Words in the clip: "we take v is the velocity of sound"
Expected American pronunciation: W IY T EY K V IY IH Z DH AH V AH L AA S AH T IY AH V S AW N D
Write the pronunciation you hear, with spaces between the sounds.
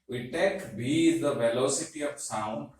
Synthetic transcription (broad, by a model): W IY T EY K B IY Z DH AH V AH L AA S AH T IY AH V S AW N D